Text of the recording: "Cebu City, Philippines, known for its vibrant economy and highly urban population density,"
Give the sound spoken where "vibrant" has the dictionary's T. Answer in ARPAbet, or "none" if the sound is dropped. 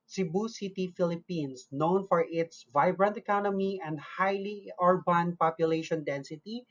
T